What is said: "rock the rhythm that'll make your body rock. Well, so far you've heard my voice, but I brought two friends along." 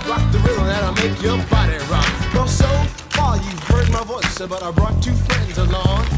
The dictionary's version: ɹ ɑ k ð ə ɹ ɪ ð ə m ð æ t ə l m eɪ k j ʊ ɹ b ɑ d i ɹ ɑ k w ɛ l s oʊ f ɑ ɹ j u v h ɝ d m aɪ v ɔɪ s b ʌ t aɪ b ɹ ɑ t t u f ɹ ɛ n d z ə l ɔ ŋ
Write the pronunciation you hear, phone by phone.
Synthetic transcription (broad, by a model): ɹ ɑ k ð ə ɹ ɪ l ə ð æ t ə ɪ m eɪ k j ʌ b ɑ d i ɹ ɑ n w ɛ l s oʊ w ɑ l j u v h ɝ d m aɪ v ɔɪ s b ʌ t aɪ b ɹ ɑ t t u f ɹ ɛ n d z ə l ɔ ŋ